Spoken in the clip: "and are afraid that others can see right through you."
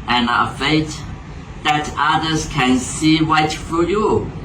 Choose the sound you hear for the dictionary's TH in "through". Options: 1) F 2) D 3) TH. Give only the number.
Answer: 1